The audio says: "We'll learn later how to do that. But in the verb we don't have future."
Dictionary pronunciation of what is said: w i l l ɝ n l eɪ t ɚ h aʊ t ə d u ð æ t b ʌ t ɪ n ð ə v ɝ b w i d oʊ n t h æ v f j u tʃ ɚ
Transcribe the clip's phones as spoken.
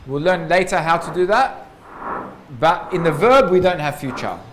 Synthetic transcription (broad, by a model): w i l l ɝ n l eɪ t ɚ h aʊ t ə d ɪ ð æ t b ʌ t ɪ n ð ə v ɝ b w i d oʊ n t h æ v f j u tʃ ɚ